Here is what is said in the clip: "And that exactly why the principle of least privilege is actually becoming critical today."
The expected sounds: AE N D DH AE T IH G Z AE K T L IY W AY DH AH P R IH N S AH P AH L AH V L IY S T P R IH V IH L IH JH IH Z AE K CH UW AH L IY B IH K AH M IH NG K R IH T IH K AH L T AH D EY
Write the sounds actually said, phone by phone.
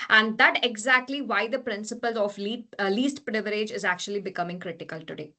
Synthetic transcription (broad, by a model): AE N D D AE T IH G Z AE K T L IY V AY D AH P R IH N S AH P AH L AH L L IY S T P R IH V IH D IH JH IH Z AE K CH UW AH L IY B IH K AH M IH NG K R IH T IH K AH L T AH D EY